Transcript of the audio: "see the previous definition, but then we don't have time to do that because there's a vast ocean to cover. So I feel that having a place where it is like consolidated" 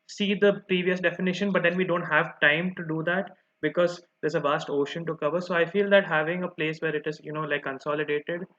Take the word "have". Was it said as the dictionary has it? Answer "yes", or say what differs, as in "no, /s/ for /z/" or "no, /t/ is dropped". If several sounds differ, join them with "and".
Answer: yes